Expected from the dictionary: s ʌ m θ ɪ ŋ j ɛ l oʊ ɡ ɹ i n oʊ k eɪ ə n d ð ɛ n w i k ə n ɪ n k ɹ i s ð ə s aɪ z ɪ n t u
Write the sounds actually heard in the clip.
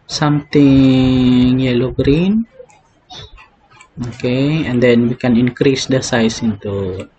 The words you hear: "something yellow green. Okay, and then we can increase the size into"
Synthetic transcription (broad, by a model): s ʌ m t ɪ ŋ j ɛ l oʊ ɡ ɹ i n oʊ k eɪ ə n d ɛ n w i k ə n ɪ n k ɹ i s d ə s aɪ s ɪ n t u